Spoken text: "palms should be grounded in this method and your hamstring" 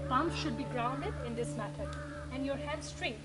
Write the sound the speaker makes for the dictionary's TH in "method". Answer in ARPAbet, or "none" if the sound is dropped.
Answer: T